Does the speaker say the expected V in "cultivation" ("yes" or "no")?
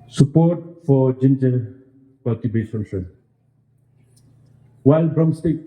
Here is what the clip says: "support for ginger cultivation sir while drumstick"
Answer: no